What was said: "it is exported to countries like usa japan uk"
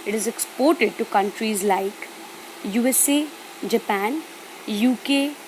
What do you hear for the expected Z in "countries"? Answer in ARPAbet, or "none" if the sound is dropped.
Z